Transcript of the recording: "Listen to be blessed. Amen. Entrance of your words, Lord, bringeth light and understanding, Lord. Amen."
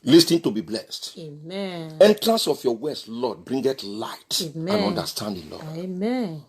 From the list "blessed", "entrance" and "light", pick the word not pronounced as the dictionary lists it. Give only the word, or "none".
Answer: none